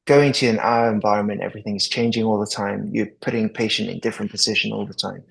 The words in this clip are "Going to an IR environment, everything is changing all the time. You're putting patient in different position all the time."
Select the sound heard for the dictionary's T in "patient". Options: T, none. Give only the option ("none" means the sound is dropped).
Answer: T